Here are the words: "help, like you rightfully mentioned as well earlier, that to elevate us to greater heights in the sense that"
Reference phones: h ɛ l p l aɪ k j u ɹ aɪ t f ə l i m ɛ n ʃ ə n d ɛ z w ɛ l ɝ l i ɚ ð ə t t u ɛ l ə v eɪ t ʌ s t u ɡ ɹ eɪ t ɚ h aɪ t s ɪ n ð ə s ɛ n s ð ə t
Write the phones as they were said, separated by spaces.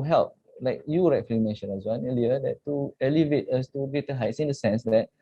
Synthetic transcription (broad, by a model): h ɛ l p l aɪ k j u ɹ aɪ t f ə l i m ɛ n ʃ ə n ɑ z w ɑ n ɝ l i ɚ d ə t t u ɛ l ə v eɪ t ʌ s t u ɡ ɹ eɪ t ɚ h aɪ t s ɪ n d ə s ɛ n s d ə t